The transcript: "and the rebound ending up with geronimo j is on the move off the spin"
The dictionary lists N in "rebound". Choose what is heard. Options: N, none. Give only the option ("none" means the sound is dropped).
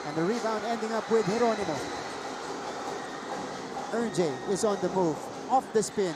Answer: N